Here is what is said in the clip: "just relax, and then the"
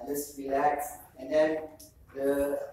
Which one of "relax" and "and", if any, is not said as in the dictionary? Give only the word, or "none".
none